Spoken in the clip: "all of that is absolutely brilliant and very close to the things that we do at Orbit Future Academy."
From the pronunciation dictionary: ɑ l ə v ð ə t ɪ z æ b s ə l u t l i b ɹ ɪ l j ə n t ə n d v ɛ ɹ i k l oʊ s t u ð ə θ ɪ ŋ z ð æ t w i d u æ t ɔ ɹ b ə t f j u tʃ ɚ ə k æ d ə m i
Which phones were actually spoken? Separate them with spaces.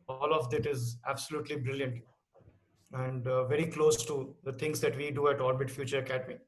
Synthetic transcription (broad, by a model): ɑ l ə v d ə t ɪ z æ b s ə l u t l i b ɹ ɪ l j ə n t ə n d v ɛ ɹ i k l oʊ s t u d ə t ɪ ŋ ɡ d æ t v i d u æ t ɔ l b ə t f j u tʃ ɚ k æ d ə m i